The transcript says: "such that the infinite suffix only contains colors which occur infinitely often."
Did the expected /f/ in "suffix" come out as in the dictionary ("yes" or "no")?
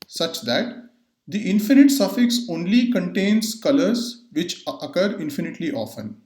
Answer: yes